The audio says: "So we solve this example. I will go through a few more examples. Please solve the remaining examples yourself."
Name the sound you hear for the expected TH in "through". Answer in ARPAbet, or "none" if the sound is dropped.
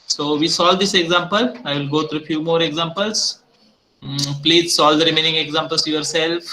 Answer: T